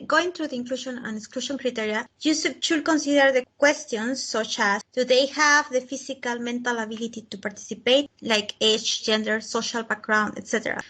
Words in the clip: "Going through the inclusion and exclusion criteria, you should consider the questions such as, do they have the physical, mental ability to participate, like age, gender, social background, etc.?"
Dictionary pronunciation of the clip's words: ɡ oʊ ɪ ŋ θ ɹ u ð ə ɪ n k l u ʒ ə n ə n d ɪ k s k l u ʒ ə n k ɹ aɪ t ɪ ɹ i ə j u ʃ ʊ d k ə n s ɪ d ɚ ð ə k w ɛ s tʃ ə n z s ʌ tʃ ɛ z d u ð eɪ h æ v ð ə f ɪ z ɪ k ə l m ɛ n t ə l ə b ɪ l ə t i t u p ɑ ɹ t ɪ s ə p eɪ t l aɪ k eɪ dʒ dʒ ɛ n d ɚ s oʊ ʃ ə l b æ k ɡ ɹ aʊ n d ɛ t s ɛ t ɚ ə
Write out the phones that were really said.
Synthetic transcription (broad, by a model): ɡ oʊ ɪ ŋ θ ɹ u ð ə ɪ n k l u ʃ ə n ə n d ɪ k s k l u ʃ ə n k ɹ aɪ t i ɹ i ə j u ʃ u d k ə n s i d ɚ ð ə k w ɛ s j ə n s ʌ tʃ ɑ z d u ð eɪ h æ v ð ə f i s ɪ k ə l m ɛ n t ə l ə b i l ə t i t u p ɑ ɹ t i s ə p eɪ t l aɪ k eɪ tʃ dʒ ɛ n d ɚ s oʊ ʃ ə l b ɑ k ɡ ɹ aʊ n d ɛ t s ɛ t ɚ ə